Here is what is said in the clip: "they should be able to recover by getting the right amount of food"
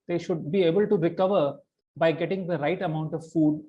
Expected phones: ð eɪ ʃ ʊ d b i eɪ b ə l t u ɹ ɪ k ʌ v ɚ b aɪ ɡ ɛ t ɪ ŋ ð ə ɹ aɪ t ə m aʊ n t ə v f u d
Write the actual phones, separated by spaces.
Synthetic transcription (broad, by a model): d eɪ ʃ ʊ d b i eɪ b ə l t u ɹ ɪ k ʌ v ɚ b aɪ ɡ ɛ t ɪ ŋ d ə ɹ aɪ t ə m aʊ n t ə v f u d